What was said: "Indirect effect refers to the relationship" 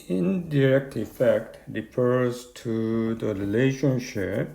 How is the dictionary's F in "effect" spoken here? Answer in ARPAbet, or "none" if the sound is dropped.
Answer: F